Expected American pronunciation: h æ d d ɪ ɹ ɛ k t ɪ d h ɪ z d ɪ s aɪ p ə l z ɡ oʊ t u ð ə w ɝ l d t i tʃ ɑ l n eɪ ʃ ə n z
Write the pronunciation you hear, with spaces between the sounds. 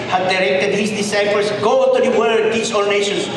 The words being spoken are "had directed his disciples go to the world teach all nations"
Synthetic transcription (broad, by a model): h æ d d ɪ ɹ ɛ k t ɪ d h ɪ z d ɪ s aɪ p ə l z ɡ oʊ t u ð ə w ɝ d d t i s ɑ l n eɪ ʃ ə n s